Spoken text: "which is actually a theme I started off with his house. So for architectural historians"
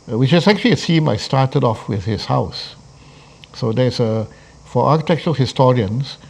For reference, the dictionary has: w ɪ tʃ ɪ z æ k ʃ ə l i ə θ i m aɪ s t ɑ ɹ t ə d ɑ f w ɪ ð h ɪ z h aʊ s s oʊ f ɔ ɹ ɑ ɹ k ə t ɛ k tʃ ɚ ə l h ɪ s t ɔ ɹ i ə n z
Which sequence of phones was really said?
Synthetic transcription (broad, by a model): w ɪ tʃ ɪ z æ k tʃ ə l i ə s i m aɪ s t ɑ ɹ t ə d ɑ f w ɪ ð h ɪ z h aʊ s s oʊ f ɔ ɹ ɑ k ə t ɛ k tʃ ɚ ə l h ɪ s t ɔ ɹ i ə n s